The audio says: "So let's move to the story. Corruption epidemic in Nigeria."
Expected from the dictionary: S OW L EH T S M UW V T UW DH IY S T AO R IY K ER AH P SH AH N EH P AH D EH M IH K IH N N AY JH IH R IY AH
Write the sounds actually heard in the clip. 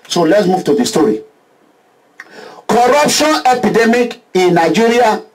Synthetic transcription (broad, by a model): S OW L EH T S M UW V T UW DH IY S T AO R IY K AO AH P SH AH N EH P AH D EH M IH K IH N N AY JH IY R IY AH